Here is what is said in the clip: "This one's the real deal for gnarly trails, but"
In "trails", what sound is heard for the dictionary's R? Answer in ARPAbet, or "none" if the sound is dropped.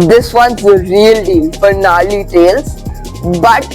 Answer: none